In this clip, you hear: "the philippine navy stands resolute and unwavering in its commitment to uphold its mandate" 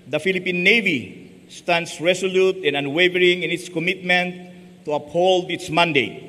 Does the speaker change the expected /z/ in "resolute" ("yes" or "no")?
yes